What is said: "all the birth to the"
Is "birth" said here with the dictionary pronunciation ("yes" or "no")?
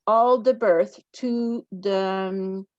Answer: yes